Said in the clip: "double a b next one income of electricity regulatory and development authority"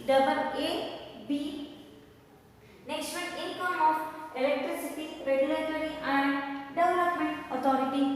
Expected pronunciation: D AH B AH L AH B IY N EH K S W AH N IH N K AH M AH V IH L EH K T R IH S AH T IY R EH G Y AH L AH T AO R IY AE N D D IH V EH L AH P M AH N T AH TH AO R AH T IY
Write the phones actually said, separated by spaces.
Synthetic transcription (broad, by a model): D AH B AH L AH B IY N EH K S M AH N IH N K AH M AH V IH L EH K T R IH S AH T IY R EH G Y AH L AH T AO R IY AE N D D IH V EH L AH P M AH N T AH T AO R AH T IY